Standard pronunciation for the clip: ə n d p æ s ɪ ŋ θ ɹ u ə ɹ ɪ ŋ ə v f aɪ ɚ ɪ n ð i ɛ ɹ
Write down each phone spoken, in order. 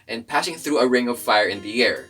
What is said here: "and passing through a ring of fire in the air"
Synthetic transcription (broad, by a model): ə n p æ s ɪ ŋ θ ɹ u ə ɹ ɪ ŋ ə v f aɪ ɚ ɪ n ð i ɛ ɹ